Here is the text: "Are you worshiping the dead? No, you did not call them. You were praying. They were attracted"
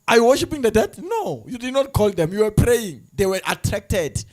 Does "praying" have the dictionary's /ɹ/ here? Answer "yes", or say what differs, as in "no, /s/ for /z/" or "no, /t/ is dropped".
yes